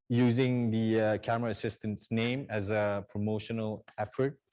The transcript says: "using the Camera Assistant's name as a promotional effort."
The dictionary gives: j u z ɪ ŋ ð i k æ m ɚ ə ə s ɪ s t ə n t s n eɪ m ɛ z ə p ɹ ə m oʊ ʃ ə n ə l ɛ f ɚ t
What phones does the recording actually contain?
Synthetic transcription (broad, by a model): j u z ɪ ŋ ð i k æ m ɚ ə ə s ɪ s t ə n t s n eɪ m ɛ z ə p ɹ ə m oʊ ʃ ə n ə l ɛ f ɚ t